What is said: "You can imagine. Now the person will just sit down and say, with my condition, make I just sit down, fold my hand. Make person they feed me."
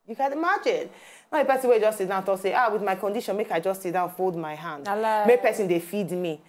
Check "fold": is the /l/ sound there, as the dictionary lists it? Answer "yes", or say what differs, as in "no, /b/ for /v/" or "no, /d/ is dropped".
yes